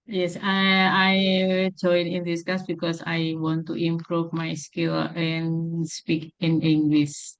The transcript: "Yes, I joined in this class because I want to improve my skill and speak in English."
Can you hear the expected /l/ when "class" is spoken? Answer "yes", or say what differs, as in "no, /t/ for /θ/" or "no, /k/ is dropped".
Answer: no, /l/ is dropped